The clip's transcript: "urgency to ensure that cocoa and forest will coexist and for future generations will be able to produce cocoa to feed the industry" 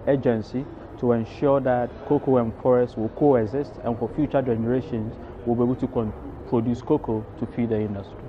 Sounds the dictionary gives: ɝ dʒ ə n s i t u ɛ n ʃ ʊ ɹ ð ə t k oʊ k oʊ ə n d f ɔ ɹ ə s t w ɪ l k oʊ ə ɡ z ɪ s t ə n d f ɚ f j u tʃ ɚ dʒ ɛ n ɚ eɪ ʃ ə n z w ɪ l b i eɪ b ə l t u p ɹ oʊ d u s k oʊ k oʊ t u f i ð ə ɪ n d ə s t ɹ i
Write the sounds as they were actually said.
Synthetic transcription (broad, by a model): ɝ dʒ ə n s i t u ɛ n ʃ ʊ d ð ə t k oʊ k oʊ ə n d f ɔ ɹ ə s t w ɪ l k oʊ ə ɡ z ɪ s t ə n f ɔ f j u tʃ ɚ dʒ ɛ n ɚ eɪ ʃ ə n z w ɪ l b i eɪ b ə l t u p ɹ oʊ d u s k oʊ k oʊ t u p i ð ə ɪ n d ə s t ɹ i